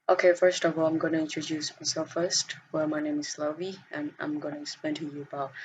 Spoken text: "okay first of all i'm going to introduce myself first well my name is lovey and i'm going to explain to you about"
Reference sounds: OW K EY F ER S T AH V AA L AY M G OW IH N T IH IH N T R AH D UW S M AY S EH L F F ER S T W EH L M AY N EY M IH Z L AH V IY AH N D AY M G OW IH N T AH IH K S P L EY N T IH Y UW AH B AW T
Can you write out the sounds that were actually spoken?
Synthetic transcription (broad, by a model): OW K EY F ER S T AH V AA L AY M G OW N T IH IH N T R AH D UW S M AY S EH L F F ER S T W EH L M AY N EY M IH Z L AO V IY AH N AY M G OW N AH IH S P EY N T IH Y UW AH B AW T